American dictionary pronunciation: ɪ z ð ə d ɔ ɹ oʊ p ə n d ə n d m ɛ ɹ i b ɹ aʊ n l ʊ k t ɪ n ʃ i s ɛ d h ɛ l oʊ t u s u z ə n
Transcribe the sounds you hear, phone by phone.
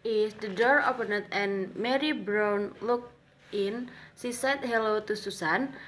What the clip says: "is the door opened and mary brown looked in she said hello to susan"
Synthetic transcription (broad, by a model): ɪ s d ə d ɔ ɹ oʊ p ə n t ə n m ɛ ɹ i b ɹ aʊ n l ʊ k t ɪ n s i s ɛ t h ɛ l oʊ t u s u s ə n